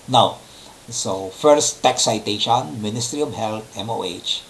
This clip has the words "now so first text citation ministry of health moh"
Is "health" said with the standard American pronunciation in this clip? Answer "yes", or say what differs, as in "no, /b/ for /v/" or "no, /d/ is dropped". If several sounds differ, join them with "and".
no, /t/ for /θ/